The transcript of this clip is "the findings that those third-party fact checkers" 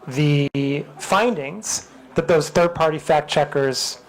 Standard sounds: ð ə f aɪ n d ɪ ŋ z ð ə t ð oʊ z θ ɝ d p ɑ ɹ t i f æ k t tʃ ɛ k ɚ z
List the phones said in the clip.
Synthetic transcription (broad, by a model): ð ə f aɪ n d ɪ ŋ z ð ə t ð oʊ z θ ɝ d p ɑ ɹ t i f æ k tʃ ɛ k ɚ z